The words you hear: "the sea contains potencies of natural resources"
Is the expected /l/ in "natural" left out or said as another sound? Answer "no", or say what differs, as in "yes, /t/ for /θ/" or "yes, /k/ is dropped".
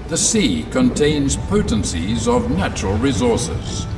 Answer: no